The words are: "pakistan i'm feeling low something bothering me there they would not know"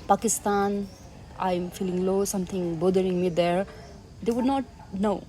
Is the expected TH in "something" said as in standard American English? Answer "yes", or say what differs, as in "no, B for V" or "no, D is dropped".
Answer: no, T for TH